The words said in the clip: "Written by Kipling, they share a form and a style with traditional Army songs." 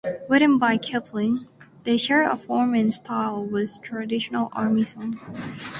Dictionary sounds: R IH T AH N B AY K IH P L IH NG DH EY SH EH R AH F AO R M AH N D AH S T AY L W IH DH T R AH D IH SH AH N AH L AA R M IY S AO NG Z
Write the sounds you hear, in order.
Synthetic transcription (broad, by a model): W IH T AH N B AY K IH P L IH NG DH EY SH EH R AH F AO R M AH N S T AY L W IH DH T R AH D IH SH AH N AH L AA R M IY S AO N